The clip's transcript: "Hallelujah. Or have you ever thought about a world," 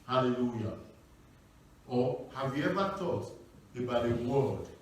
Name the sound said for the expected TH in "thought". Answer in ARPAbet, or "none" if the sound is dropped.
T